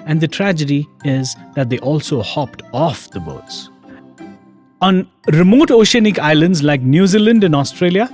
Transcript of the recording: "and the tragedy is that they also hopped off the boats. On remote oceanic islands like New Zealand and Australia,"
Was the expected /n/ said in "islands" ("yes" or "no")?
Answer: yes